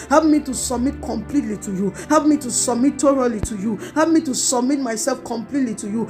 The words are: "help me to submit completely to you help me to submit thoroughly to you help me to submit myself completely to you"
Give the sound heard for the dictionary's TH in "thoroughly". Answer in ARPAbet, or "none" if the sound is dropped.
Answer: T